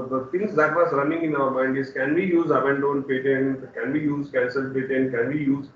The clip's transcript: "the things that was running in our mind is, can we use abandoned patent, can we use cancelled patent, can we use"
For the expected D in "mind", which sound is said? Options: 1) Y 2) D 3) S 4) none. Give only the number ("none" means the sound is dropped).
2